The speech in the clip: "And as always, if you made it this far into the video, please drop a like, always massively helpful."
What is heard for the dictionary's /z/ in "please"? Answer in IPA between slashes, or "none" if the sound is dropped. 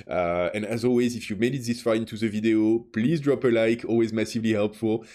/z/